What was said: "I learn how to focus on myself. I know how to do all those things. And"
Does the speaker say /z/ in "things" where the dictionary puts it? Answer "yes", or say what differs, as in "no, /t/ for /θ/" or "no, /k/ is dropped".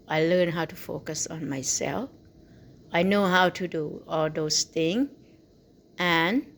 no, /z/ is dropped